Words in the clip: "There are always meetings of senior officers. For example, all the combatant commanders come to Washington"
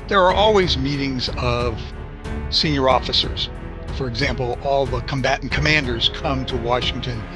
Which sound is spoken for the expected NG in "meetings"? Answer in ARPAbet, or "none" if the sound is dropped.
NG